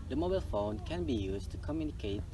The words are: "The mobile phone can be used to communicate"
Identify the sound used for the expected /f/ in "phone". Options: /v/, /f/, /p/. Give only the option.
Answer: /f/